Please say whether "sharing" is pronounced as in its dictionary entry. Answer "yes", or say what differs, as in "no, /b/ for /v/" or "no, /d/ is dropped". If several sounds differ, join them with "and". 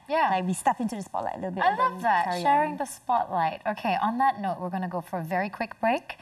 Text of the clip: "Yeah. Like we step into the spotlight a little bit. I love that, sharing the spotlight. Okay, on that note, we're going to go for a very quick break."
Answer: yes